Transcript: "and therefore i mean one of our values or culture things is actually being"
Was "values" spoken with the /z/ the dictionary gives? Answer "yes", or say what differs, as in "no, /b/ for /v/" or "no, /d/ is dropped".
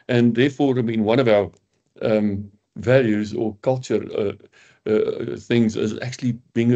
yes